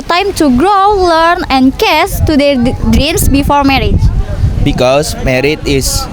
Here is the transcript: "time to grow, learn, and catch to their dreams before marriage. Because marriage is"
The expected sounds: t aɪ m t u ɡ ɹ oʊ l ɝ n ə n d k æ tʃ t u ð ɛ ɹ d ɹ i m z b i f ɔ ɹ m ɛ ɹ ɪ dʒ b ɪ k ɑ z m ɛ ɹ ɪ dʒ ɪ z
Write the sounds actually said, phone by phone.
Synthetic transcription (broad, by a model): t aɪ m t u ɡ ɹ oʊ l ɝ n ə n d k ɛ s t u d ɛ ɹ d ɹ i m s b i f ɔ ɹ m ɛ ɹ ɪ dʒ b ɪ k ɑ s m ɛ ɹ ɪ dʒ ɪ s